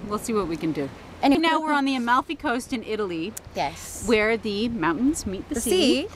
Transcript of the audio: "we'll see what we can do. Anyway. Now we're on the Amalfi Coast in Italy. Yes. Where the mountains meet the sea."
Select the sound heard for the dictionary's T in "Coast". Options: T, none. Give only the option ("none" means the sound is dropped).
T